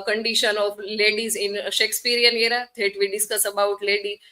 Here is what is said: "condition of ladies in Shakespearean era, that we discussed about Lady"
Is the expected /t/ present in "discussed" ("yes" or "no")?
no